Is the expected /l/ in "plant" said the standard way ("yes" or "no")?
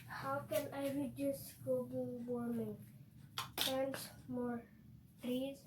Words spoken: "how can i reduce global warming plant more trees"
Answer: no